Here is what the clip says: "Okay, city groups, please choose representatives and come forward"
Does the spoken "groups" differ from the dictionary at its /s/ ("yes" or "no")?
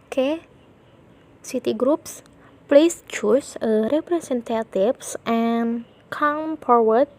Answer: no